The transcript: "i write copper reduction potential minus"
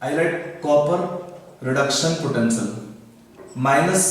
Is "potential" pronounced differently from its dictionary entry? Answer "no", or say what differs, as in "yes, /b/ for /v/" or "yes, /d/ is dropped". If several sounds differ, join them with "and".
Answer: yes, /s/ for /ʃ/